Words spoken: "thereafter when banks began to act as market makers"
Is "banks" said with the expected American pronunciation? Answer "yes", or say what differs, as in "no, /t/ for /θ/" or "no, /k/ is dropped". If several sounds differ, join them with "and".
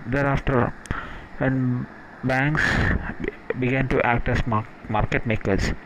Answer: yes